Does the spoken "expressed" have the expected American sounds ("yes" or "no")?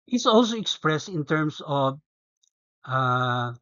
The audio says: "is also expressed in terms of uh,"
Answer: yes